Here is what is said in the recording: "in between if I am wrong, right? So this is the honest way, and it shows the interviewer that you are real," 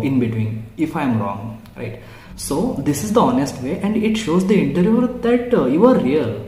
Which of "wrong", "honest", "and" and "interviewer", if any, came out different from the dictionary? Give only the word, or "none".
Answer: interviewer